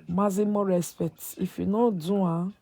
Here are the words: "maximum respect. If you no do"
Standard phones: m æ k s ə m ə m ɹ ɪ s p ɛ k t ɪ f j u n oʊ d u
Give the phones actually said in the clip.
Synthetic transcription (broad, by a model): m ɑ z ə m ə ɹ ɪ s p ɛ t ɪ f j u n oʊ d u